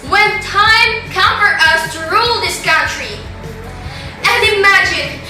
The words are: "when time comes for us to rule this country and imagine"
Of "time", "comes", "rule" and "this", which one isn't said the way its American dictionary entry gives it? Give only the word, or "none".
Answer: comes